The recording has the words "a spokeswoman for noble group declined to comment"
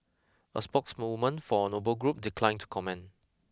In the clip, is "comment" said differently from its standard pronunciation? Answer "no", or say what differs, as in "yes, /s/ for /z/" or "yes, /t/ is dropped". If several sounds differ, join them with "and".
yes, /t/ is dropped